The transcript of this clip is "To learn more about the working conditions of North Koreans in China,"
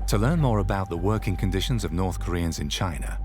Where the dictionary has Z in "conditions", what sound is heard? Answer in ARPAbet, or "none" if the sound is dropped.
Z